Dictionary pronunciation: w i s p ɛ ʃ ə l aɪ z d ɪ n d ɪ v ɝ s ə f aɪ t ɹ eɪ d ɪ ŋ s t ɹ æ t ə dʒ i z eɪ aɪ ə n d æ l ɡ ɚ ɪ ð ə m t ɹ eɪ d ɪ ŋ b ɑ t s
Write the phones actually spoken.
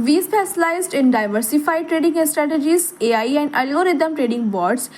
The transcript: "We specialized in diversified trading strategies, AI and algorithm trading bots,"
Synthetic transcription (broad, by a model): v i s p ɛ s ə l aɪ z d ɪ n d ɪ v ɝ s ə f aɪ t ɹ eɪ d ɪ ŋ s t ɹ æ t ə dʒ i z eɪ aɪ ə n d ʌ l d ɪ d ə m t ɹ eɪ d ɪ ŋ b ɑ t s